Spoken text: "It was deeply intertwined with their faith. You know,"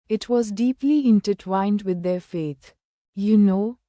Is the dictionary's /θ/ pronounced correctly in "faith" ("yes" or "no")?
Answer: no